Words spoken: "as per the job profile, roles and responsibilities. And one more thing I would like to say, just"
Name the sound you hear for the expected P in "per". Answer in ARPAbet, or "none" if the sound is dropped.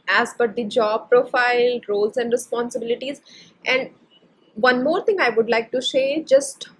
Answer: B